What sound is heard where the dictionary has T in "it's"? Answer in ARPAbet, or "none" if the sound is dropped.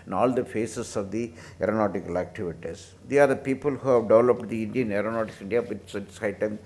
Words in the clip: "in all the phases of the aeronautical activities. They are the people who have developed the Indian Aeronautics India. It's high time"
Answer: S